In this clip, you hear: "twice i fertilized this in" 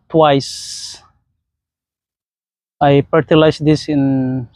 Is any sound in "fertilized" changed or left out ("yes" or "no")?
yes